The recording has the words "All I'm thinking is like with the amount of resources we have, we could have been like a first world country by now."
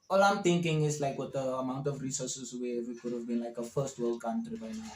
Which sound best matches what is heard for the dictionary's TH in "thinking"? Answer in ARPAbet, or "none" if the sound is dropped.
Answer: T